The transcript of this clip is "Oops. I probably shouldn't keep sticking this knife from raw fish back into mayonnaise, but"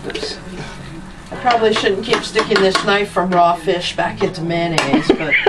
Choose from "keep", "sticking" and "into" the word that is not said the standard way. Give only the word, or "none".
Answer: none